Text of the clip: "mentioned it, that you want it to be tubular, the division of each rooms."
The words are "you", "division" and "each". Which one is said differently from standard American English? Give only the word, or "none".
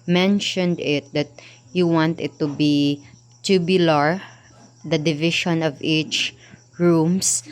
division